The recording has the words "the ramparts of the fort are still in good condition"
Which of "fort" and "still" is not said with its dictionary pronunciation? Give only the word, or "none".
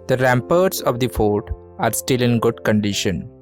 none